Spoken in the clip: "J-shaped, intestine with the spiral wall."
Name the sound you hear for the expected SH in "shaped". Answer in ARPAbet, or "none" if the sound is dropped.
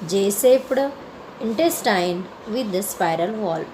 S